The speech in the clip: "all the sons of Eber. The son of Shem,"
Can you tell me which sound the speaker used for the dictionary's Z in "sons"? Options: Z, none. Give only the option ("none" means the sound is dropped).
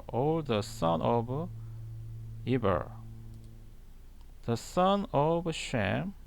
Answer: none